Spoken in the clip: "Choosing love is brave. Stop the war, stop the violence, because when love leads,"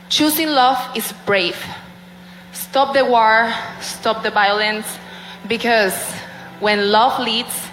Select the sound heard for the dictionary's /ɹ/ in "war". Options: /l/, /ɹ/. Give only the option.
/ɹ/